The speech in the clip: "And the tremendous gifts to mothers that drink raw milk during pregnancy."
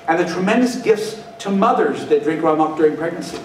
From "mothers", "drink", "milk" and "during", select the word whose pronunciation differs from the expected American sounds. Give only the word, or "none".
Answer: milk